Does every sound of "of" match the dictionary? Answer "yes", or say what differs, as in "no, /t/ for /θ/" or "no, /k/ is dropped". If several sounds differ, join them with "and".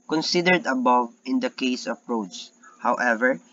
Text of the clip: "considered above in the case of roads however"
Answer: no, /p/ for /v/